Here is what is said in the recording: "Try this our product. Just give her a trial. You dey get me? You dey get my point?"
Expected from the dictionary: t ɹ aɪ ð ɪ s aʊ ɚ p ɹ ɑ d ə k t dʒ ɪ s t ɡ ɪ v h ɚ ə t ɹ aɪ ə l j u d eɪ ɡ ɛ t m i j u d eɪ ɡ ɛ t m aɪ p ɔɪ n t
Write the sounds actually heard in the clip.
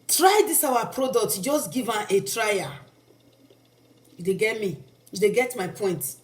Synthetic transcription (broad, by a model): t ɹ aɪ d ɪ s aʊ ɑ p ɹ ɑ d ə k t dʒ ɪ s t ɡ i v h ə t ɹ aɪ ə j u d eɪ ɡ ɛ t m i j u d eɪ ɡ ɛ t m aɪ p ɔɪ n t